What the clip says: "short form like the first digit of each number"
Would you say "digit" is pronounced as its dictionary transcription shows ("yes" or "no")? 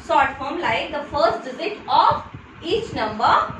no